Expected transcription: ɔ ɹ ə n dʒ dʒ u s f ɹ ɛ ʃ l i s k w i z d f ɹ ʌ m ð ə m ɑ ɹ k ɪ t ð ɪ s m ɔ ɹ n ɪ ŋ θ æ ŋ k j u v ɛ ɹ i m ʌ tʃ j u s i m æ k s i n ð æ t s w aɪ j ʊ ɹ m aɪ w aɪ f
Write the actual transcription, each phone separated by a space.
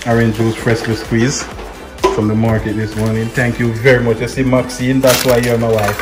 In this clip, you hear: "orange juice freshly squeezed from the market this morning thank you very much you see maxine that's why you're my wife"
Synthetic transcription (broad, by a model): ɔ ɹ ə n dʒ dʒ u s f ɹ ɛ s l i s k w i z f ɹ ʌ m ð ə m ɑ ɹ k ɪ t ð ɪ s m ɔ ɹ n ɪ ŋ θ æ ŋ k j u v ɛ ɹ i m ʌ tʃ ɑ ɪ s i m æ k s i n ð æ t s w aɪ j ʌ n m aɪ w aɪ f